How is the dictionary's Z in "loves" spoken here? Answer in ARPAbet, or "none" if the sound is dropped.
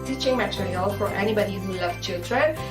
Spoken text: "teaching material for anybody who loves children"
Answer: none